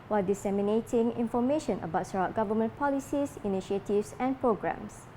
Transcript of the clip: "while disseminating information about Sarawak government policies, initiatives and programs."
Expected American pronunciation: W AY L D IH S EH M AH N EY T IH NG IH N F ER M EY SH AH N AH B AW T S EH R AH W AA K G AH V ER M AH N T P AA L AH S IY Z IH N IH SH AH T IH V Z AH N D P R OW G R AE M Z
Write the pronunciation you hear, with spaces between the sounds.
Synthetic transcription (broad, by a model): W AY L D IH S EH M AH N EY T IH NG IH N F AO M EY SH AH N AH B AW T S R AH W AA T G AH V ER M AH N P AA L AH S IY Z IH N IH SH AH T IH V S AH N P R OW G R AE M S